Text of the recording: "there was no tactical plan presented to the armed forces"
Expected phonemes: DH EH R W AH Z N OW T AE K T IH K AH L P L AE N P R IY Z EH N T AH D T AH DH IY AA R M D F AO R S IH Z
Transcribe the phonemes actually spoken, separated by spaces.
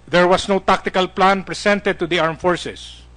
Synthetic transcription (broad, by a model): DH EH R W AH S N OW T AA K T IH K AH L P L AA N P R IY S EH N T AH D T AH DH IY AA R M F AO R S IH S